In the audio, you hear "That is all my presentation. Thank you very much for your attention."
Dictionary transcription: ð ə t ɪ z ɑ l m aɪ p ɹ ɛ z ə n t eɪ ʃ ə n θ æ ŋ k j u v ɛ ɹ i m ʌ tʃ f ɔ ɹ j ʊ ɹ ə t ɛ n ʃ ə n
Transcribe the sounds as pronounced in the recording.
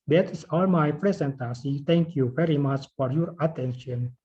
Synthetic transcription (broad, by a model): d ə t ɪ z ɑ l m aɪ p ɹ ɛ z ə n t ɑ s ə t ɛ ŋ k j u v ɛ ɹ i m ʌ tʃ f ɔ ɹ j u ɹ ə t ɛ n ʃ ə n